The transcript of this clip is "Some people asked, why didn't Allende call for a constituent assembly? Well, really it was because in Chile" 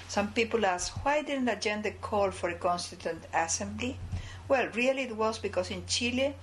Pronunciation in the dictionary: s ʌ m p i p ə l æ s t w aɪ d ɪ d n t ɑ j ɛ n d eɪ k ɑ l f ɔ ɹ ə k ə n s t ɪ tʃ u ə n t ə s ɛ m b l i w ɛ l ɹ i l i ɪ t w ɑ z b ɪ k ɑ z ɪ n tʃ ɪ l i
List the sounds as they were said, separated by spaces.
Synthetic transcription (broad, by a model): s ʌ m p i p ə l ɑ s w aɪ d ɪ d n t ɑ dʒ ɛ n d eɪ k ɑ l f ɔ ɹ ə k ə n s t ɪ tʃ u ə n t ə s ɛ m b l i w ɛ l ɹ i l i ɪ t w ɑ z b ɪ k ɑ s ɪ n tʃ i l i